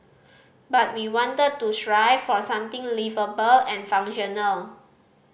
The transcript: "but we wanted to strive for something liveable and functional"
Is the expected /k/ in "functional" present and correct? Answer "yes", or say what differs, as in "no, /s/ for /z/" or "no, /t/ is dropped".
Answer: no, /k/ is dropped